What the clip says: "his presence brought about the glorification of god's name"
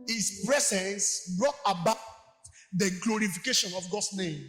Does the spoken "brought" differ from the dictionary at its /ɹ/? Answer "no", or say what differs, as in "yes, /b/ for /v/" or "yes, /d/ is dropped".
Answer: no